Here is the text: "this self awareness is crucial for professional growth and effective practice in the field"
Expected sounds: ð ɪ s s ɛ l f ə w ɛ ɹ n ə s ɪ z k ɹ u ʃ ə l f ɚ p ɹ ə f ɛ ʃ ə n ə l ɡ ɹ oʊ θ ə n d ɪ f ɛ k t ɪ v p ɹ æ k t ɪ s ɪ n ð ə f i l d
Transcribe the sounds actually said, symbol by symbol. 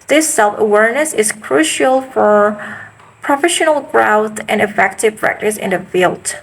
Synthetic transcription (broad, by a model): ð ɪ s s ɛ l f ə w ɛ ɹ n ə s ɪ z k ɹ u ʃ ə l f ɚ p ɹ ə f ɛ ʃ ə n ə l ɡ ɹ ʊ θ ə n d ɪ f ɛ k t ɪ v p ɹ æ k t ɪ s ɪ n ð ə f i l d